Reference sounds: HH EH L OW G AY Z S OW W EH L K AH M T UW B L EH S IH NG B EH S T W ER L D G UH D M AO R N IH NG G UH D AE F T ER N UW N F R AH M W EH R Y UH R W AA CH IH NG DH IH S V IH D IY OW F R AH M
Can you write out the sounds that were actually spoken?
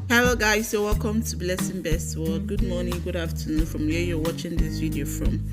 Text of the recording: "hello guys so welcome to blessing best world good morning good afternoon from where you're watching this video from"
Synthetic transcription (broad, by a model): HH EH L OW G AY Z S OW W EH L K AH M T UW B L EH S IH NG B EH S T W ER D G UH D M AO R N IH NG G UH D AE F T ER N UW F R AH M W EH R Y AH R W AA CH IH NG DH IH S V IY D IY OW F R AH M